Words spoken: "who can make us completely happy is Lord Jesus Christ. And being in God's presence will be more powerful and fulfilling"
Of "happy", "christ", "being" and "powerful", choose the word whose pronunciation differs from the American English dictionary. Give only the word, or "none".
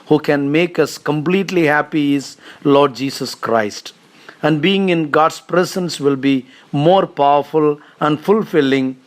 none